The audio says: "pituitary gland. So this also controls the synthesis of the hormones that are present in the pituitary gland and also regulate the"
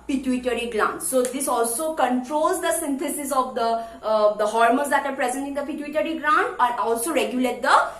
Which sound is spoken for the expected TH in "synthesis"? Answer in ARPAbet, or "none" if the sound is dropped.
T